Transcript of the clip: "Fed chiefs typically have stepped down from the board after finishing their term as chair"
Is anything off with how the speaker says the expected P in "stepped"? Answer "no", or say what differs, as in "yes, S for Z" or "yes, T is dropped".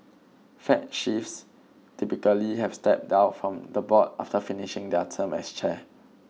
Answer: no